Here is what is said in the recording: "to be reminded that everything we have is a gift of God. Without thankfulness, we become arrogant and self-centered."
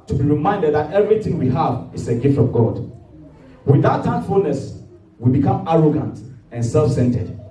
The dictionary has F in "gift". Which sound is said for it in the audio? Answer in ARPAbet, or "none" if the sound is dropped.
F